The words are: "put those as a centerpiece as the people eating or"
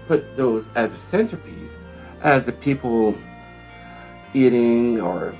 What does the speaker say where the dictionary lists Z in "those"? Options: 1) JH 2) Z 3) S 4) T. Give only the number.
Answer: 2